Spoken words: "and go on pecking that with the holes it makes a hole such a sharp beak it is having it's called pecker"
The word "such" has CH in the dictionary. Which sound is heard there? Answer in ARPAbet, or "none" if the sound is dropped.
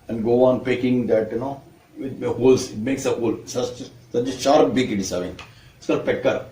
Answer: S